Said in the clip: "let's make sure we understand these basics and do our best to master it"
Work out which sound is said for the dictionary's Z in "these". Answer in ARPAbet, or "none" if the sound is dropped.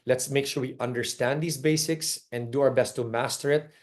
S